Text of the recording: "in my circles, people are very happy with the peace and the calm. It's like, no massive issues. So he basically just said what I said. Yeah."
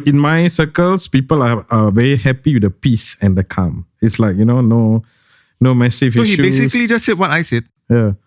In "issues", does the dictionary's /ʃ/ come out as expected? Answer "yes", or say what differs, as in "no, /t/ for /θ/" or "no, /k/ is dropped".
no, /s/ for /ʃ/